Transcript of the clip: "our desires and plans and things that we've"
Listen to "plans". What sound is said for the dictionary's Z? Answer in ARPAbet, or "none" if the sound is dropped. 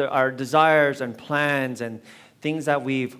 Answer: Z